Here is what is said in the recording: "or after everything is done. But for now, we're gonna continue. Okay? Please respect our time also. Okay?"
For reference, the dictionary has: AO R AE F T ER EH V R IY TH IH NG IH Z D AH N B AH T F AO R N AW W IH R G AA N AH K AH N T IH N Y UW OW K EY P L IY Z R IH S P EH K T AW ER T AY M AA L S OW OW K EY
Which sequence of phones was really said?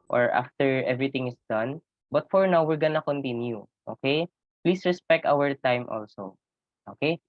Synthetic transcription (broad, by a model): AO R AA F T ER EH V R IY T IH NG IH S D AH N B AH T F AO R N AW W IH R G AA N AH K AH N T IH N Y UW OW K EY P L IY S R IH S P EH K T AW ER T AY M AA L S OW OW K EY